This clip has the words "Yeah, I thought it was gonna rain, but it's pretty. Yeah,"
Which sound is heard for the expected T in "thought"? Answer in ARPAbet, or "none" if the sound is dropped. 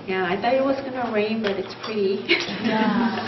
none